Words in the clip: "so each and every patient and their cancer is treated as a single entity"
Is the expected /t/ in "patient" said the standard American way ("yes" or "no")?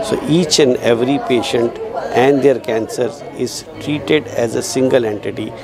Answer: yes